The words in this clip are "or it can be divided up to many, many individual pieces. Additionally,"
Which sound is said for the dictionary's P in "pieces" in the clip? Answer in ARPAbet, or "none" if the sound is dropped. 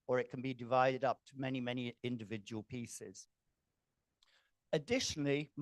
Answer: P